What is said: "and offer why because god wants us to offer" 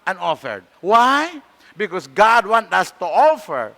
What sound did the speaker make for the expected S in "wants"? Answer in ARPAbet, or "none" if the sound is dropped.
none